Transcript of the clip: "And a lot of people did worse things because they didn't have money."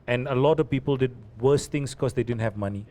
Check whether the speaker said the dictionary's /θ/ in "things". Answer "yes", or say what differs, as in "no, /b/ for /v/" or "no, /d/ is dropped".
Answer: no, /t/ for /θ/